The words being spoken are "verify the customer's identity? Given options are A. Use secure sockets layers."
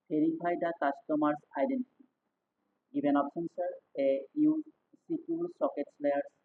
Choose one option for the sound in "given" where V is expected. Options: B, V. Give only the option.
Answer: B